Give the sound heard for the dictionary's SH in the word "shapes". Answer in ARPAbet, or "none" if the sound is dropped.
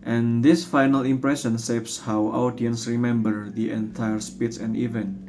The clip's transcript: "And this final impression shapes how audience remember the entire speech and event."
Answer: S